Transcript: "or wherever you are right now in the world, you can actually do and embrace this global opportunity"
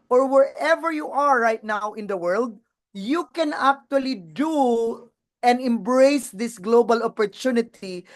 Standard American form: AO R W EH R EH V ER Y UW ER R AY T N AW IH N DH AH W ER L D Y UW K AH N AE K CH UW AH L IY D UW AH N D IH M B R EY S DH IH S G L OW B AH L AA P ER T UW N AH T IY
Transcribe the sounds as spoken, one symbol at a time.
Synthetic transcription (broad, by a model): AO R W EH R EH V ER Y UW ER R AY T N AW IH N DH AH W ER L D Y UW K AH N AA K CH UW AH L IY D UW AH N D IH M B R EY S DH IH S G L OW B AH L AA P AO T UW N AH T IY